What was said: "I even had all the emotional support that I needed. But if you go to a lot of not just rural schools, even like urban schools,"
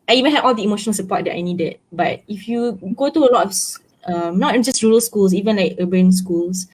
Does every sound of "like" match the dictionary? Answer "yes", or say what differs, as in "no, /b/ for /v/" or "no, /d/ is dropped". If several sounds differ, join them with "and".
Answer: yes